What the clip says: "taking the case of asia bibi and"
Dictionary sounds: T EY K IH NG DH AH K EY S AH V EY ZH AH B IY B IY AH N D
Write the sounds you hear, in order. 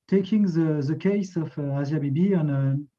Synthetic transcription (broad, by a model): T EY K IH NG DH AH K EY S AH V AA Z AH B IY B IY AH N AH